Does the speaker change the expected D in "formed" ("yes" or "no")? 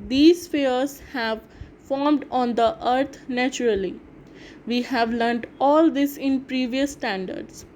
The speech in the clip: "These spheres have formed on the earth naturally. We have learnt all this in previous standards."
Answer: no